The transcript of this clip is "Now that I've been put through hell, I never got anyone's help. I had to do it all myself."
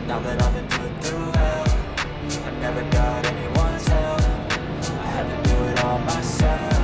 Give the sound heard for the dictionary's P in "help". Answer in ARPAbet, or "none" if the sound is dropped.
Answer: none